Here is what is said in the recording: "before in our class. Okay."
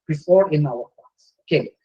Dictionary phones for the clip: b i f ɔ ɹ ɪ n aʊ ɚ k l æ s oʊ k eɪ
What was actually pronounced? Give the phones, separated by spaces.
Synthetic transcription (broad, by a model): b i f ɔ ɹ ɪ n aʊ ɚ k ɑ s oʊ k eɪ